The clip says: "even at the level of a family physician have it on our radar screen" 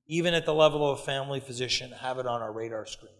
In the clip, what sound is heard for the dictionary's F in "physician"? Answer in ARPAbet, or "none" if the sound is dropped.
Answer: F